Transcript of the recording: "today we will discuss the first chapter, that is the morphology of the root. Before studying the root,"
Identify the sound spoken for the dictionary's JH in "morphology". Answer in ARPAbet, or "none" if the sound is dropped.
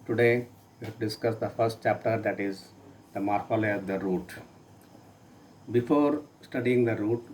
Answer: none